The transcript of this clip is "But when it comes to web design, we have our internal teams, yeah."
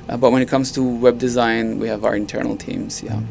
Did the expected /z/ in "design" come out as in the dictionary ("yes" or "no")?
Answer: yes